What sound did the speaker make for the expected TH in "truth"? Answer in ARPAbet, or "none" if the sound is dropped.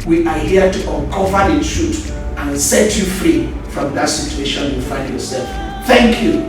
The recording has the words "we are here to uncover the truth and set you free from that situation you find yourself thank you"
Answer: T